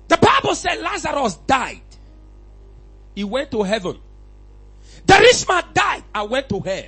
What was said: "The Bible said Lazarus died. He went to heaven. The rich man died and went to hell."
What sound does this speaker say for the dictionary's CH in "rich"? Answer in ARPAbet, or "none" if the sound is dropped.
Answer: S